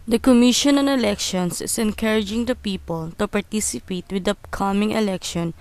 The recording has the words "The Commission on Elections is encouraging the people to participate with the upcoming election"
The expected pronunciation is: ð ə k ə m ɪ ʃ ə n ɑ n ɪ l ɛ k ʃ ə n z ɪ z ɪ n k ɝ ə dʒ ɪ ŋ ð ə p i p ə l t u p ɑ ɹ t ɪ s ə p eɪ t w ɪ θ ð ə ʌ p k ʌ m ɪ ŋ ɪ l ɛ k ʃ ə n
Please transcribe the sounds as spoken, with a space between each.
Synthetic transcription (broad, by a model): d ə k ə m ɪ ʃ ə n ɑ n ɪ l ɛ k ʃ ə n s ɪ s ɪ n k ɝ ə dʒ ɪ ŋ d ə p i p ə l t u p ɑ ɹ t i s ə p eɪ t w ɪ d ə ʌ k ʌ m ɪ ŋ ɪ l ɛ k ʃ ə n